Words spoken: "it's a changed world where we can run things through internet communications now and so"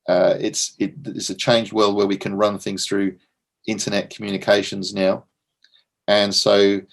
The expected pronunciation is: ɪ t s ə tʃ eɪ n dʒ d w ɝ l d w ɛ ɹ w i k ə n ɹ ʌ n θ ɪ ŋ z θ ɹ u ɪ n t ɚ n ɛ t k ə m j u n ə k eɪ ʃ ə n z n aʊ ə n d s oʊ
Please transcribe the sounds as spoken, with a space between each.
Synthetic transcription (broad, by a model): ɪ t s ə tʃ eɪ n dʒ d w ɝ l d w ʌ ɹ w i k ə n ɹ ʌ n θ ɪ ŋ z θ ɹ u ɪ n t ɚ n ɛ t k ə m j u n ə k eɪ ʃ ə n z n aʊ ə n s oʊ